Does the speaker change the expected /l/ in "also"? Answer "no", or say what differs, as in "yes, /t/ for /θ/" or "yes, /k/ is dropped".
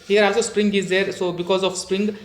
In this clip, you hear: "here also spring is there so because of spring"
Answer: yes, /l/ is dropped